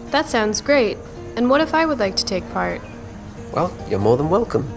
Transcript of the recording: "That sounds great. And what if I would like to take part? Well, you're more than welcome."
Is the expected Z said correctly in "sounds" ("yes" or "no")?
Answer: yes